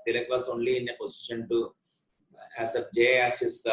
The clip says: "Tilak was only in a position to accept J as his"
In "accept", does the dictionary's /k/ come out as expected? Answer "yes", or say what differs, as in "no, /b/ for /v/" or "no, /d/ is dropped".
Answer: no, /k/ is dropped